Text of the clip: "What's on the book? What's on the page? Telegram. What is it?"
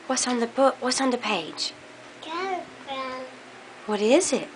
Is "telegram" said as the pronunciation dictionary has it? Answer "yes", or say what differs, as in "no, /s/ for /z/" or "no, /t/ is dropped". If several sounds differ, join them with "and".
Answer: no, /l/ is dropped